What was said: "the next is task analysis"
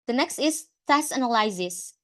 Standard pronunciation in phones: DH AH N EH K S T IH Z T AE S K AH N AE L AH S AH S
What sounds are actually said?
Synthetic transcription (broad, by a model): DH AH N EH K S T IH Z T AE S AH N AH L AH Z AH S